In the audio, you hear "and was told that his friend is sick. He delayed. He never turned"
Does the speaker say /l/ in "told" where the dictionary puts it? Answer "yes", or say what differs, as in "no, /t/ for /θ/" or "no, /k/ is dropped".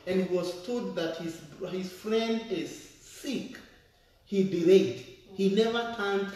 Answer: no, /l/ is dropped